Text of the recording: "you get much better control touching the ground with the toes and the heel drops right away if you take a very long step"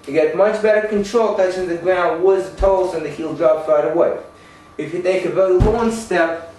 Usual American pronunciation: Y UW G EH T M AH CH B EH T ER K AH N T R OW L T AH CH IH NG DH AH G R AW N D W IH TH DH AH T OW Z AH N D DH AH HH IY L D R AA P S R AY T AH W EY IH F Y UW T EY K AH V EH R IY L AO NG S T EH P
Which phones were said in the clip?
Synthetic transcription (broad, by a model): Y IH G EH T M AH CH B EH T ER K AH N T R OW L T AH S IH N DH AH G R AW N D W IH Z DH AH T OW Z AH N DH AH HH IY L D R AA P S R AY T AH W EY IH F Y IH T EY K AH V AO IY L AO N S T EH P